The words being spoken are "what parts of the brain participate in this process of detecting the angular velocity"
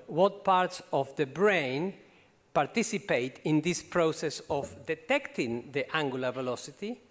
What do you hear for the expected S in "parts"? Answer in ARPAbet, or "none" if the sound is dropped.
S